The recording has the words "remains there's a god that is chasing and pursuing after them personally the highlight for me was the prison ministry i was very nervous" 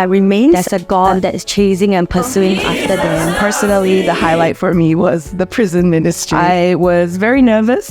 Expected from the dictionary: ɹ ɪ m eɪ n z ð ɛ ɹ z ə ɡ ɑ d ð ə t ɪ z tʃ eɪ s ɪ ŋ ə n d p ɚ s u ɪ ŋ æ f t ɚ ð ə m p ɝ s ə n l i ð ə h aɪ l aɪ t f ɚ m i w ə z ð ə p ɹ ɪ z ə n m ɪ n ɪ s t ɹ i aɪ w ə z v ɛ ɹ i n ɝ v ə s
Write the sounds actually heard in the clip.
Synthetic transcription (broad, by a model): ɹ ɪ m eɪ n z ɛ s ə ɡ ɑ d ð ə t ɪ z tʃ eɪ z ɪ ŋ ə n p ɚ s u ɪ ŋ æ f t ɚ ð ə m p ɝ s ə n l i ð ə h aɪ l aɪ t f ɚ m i w ə z ð ə p ɹ ɪ z ə n m ɪ n ɪ s t ɹ i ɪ w ə z v ɛ ɹ i n ɝ v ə s